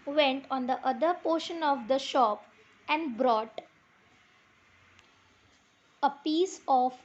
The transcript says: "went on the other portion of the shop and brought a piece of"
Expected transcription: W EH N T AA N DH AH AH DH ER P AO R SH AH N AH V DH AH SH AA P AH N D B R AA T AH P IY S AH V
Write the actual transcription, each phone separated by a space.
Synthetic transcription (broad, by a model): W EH N T AA N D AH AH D ER P AO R SH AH N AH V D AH SH AA P AH N D B R AA T AH P IY S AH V